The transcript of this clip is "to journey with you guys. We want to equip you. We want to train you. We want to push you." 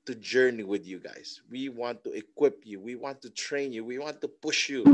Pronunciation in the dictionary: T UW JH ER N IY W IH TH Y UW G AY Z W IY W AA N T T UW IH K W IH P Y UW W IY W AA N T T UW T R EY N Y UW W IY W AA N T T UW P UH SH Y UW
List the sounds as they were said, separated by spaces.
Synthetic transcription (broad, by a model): T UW JH ER N IY W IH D Y UW G AY S W IY W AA N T T UW IH K W IH P Y UW W IY W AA N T T UW T R EY N Y UW W IY W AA N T T UW P UH SH Y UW